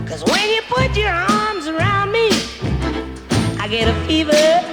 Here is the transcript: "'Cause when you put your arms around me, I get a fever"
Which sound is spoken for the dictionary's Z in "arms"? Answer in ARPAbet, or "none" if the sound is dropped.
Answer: Z